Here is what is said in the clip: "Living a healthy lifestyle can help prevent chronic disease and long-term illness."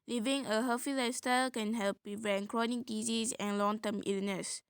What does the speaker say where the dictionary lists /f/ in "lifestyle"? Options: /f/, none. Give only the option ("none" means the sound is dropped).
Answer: none